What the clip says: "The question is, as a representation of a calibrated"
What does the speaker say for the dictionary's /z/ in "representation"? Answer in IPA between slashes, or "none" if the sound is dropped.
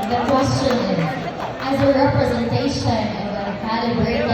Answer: /z/